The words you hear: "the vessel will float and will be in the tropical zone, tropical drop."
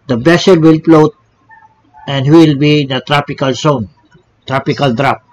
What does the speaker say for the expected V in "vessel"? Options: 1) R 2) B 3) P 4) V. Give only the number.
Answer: 2